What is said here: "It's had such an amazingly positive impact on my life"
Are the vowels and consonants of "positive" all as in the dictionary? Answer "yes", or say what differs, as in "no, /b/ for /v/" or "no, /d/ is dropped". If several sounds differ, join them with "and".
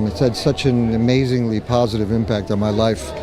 yes